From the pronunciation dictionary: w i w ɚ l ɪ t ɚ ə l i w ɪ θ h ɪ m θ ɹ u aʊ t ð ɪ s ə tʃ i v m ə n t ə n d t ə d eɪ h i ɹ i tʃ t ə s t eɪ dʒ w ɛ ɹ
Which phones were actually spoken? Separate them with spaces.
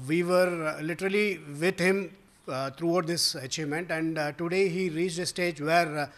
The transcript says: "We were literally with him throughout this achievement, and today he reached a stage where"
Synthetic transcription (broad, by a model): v i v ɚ l ɪ t ɚ ə l i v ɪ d h ɪ m t ɹ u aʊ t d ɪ s ə tʃ i v m ə n t ə n d t ə d eɪ h i ɹ i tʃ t ə s t eɪ dʒ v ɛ ɹ